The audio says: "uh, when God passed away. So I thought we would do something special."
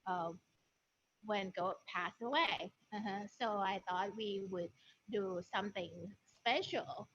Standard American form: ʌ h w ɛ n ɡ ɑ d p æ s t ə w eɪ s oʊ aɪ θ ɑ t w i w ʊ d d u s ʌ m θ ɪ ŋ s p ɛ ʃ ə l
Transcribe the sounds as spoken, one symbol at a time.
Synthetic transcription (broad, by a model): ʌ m w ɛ n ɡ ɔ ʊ p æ s ə w eɪ s oʊ aɪ θ ɑ t w i w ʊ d d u s ʌ m θ ɪ ŋ s p ɛ ʃ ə l